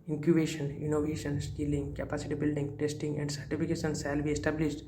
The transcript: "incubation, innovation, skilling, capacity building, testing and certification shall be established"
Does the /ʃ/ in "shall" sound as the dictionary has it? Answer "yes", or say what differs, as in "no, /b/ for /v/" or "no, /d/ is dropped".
no, /s/ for /ʃ/